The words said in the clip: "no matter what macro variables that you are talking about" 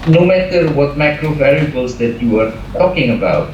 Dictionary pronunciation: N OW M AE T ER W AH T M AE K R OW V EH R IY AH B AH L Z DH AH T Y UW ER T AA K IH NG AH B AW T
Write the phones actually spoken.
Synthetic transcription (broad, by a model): N OW M AE T ER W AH T M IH K R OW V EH L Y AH B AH L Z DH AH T Y UW ER T AA K IH NG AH B AW T